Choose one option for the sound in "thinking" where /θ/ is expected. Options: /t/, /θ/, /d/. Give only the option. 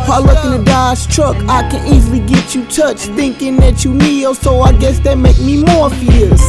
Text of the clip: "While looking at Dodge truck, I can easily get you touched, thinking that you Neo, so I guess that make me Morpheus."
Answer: /θ/